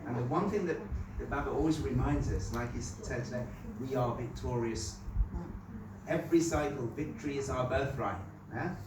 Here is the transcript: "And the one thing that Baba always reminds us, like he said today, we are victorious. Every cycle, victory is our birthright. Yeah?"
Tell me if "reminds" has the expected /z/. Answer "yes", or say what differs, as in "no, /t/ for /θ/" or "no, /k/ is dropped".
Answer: yes